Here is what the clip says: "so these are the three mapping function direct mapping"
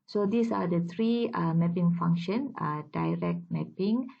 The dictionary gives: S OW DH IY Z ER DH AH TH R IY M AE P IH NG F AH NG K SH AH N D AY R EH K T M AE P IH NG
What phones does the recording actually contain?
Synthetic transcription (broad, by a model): S OW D IY S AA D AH T R IY M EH P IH NG F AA NG K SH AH N D AY R EH K T M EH P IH NG